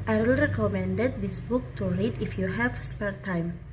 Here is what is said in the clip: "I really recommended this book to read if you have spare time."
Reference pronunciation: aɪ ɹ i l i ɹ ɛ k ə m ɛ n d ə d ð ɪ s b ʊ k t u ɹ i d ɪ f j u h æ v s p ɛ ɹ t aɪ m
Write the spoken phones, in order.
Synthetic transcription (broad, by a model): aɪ w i l ɹ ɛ k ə m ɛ n d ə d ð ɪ s b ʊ k t u ɹ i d ɪ f j u h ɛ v s p ɛ ɹ t aɪ m